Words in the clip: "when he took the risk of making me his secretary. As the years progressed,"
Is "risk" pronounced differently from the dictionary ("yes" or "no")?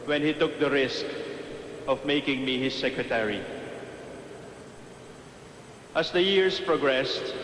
no